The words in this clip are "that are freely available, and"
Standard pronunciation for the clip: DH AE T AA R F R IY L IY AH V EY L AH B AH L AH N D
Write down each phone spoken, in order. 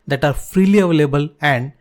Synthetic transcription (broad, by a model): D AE T AA R F R IY L IY AH V EY L AH B AH L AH N D